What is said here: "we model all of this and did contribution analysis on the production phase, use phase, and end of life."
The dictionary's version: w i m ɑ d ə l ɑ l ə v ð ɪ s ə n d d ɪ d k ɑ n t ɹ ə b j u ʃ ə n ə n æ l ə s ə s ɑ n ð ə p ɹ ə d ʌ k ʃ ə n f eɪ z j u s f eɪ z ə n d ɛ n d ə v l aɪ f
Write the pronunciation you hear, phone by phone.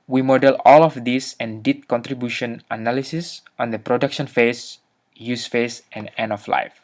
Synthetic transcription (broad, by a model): w i m ɑ d ə l ɑ l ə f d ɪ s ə n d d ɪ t k ɑ n t ɹ ə b j u ʃ ə n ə n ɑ l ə s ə s ɑ n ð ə p ɹ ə d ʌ k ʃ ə n f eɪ s j u s f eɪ s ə n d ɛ n ə f l aɪ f